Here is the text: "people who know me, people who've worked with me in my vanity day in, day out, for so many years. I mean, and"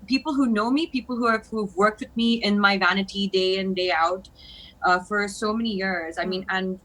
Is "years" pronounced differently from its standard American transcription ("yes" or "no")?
no